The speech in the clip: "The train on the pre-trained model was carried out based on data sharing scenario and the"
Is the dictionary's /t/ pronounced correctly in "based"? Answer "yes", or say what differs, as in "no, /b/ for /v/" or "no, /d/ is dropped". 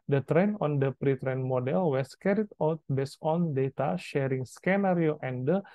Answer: no, /t/ is dropped